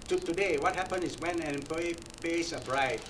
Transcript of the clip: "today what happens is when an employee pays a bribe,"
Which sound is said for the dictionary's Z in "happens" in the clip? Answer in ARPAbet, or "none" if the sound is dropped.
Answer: none